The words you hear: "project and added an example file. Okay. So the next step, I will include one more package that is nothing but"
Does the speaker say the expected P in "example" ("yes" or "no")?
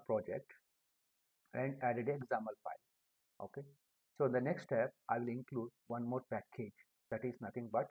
no